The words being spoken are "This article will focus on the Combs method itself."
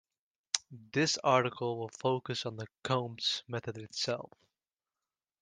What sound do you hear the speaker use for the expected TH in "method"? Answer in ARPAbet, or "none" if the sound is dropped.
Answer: TH